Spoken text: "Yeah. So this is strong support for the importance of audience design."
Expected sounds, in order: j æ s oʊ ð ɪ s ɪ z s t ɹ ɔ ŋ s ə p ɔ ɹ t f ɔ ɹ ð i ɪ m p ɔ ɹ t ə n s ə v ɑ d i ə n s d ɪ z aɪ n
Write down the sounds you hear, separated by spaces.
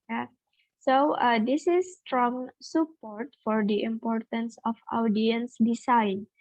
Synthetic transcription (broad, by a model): j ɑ s oʊ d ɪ s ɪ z s t ɹ ɔ ŋ s ə p ɔ ɹ t f ɔ ɹ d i ɪ m p ɔ ɹ t ə n s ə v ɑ d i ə n s d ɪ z aɪ n